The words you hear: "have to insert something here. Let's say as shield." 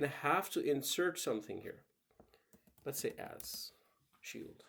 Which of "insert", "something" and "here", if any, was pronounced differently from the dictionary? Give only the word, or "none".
none